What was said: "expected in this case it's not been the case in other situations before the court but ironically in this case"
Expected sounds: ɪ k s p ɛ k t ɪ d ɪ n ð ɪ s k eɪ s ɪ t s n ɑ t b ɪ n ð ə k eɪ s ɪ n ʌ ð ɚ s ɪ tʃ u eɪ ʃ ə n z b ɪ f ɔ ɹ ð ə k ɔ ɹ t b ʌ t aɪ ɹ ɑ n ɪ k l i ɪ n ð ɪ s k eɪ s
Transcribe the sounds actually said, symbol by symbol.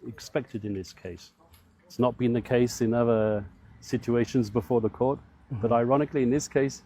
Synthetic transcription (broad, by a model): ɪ k s p ɛ k t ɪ d ɪ n ð ɪ s k eɪ s ɪ t s n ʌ t b ɪ n ð ə k eɪ s ɪ n ʌ ð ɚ s ɪ tʃ u eɪ ʃ ə n z b ɪ f ɔ ɹ ð ə k ɔ ɹ t b ʌ t aɪ ɹ ɑ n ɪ k l i ɪ n ð ɪ s k eɪ s